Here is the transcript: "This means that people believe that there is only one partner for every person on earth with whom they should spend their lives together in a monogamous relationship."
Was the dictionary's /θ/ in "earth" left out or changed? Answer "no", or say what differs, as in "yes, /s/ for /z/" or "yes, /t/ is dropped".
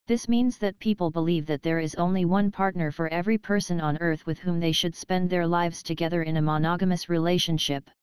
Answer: no